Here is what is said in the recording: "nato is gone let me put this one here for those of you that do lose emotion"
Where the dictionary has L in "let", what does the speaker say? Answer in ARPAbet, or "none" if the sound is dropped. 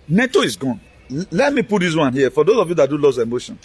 L